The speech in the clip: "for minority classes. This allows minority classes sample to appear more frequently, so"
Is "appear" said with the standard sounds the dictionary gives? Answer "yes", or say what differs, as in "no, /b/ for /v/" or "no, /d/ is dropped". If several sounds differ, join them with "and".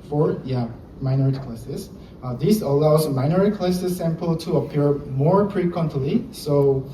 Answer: yes